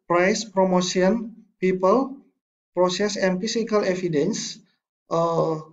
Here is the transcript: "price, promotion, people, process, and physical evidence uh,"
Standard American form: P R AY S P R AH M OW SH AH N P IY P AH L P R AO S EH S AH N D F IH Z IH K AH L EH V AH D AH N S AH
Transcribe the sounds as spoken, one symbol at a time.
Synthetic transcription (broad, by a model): P R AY S P R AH M OW S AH N P IY P AH L P R AO S EH S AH N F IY S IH K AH L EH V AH D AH N S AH